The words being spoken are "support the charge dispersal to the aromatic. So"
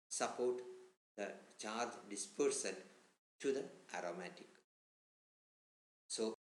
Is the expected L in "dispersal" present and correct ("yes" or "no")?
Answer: no